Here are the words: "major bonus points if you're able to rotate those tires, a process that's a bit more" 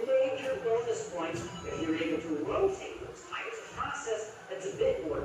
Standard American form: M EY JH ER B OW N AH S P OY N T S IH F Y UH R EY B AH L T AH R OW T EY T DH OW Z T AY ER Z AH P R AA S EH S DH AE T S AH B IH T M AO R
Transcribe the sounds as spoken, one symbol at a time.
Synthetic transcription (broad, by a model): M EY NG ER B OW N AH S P OY N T IH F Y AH R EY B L T AH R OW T EY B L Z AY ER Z AH P R AA S EH S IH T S AH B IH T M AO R